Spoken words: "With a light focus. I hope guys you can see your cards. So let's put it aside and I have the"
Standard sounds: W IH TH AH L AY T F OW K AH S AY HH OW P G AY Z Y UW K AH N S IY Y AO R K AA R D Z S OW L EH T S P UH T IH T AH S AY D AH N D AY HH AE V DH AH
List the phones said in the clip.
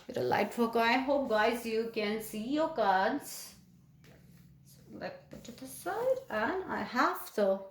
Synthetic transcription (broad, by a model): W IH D AH L AY T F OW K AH IH HH OW P G AY Z Y UW K AH N S IY Y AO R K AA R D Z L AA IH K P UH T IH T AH S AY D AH N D AY HH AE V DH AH